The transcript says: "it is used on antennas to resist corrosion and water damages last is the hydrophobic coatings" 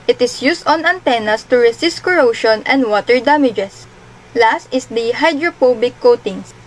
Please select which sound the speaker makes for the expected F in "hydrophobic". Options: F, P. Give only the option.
P